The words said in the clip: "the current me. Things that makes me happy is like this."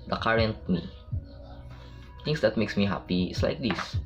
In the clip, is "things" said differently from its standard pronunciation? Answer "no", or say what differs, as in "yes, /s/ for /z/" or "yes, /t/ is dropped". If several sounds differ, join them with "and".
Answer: yes, /t/ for /θ/